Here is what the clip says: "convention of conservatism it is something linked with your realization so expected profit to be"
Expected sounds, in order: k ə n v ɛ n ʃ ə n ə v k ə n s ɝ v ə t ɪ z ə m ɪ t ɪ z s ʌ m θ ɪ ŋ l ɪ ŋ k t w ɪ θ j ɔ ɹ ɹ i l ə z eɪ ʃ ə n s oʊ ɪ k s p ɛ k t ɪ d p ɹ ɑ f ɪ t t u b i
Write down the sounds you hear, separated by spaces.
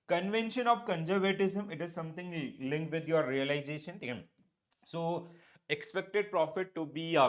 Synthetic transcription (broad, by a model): k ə n v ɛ n ʃ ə n ə v k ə n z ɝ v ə t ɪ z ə m ɪ t ɪ z s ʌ m t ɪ ŋ l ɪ ŋ k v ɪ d j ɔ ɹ ɹ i l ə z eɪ ʃ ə n s oʊ ɪ k s p ɛ k t ɪ d p ɹ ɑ f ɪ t t u b i